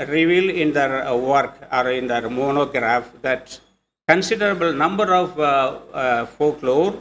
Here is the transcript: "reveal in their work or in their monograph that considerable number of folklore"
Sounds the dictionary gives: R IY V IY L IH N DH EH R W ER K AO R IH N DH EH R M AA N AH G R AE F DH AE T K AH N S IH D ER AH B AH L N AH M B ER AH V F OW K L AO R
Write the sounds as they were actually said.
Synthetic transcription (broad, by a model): R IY V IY L IH N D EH R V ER K AO R IH N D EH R M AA N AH G R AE F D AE T K AH N S IH D ER AH B AH L N AH M B ER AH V F OW K L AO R